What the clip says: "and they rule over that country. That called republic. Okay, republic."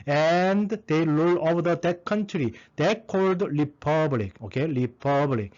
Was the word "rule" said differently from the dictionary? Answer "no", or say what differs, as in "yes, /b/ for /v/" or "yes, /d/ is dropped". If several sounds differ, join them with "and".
yes, /l/ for /ɹ/